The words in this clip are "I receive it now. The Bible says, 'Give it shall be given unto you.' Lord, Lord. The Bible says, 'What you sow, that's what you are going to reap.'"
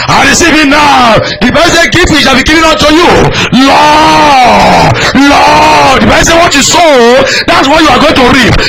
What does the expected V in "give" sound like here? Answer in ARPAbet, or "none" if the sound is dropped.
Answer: F